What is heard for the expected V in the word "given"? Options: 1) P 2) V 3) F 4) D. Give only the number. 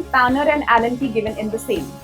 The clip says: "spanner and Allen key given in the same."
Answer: 2